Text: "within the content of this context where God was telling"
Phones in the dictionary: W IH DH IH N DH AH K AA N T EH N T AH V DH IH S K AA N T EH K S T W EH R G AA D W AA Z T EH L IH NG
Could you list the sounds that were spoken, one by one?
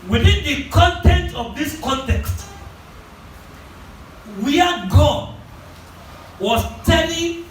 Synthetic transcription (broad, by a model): W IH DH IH N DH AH K AA N T EH N T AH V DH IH S K AA N T EH K S T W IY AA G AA W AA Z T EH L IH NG